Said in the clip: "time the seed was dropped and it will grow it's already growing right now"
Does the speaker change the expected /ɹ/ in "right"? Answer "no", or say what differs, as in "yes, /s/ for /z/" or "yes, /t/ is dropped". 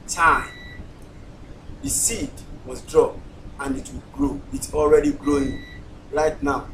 yes, /l/ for /ɹ/